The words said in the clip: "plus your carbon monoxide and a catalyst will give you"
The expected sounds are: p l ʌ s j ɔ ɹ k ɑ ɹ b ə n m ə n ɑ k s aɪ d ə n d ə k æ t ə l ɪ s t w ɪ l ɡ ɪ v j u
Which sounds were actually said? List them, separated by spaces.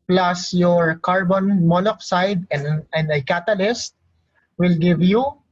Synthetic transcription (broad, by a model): p l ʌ s j ɔ ɹ k ɑ ɹ b ə n m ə l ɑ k s aɪ d ə n d ə k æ t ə l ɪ s t w ɪ l ɡ ɪ v j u